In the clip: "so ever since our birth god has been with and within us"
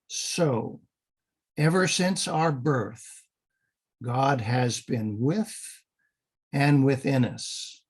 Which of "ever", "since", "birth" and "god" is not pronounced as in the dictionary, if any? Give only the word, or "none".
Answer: none